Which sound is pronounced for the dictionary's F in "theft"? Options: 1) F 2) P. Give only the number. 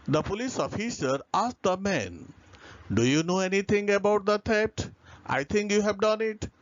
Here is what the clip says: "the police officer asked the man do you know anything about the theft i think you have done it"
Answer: 2